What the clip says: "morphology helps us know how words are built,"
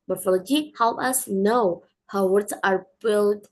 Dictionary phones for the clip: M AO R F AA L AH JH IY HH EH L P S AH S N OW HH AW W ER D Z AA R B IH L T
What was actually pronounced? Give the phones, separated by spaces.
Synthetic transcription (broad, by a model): M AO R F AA L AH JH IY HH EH L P AH S N OW HH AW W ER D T AA R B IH L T